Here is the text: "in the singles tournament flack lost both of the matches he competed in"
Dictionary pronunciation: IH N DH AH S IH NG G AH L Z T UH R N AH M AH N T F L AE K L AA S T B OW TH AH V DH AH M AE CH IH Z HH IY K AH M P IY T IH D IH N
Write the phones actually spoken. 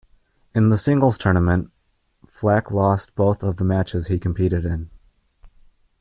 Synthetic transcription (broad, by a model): IH N DH AH S IH NG G L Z T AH R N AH M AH N T F L AE K L AA S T B OW TH AH V DH AH M AE CH IH Z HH IY K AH M P IY T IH D IH N